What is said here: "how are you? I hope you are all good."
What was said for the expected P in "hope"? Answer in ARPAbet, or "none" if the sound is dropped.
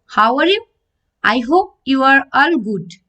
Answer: P